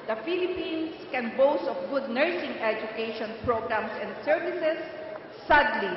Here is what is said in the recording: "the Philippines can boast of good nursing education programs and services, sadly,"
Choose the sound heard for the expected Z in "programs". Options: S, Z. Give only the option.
S